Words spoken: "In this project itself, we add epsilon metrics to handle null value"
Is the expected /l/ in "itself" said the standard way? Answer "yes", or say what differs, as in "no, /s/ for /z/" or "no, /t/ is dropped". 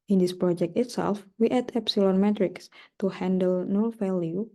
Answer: yes